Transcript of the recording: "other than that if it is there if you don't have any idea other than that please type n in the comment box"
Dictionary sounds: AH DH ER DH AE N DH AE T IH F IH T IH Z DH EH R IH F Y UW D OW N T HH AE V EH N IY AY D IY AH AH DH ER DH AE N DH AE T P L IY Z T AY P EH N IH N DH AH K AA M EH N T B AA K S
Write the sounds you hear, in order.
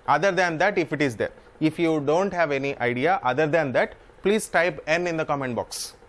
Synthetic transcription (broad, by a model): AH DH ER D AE N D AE T IH F IH T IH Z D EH R IH F Y UW D OW N T HH AE V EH N IY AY D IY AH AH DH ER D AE N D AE T P L IY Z T AY P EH N IH N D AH K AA M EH N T B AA K S